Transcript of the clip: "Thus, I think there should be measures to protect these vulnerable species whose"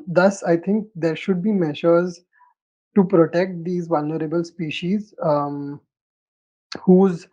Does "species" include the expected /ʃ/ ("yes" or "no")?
yes